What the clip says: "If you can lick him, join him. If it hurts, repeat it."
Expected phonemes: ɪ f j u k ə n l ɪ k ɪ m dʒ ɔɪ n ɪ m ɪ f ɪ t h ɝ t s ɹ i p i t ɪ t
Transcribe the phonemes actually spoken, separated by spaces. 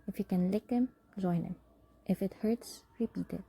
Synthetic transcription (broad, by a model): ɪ f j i k ə n l ɪ k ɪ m z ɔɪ n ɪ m ɪ f ɪ t h ɝ t s ɹ i p i t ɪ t